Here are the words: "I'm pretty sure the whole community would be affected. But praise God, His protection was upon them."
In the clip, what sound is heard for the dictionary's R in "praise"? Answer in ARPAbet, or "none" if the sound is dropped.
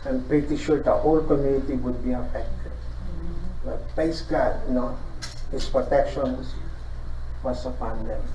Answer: none